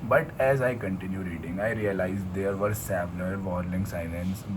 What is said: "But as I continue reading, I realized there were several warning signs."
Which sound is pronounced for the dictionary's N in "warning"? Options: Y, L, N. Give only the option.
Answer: L